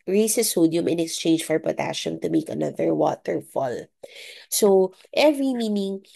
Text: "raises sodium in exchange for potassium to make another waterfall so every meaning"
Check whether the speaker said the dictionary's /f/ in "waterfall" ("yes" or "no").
yes